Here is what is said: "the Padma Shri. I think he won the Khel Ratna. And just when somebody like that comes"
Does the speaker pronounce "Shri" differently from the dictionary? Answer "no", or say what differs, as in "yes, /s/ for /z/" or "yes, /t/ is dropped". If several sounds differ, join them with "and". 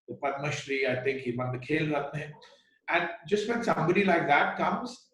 no